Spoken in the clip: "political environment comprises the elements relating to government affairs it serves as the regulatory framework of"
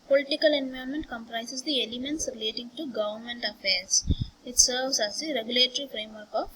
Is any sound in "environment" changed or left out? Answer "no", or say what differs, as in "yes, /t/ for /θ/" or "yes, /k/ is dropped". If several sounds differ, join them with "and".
yes, /ɹ/ is dropped